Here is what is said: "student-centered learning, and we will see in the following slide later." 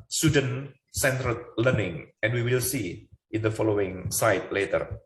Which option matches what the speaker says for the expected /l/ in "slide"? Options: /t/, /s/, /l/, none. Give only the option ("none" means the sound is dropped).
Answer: none